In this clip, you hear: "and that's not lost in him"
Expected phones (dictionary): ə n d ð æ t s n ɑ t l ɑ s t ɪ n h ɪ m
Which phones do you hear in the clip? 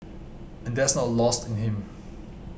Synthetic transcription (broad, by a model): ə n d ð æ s n ɑ t l ɑ s t ɪ n h ɪ m